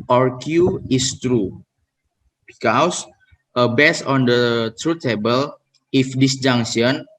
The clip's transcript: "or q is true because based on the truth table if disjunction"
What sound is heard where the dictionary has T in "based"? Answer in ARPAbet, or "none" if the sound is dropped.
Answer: none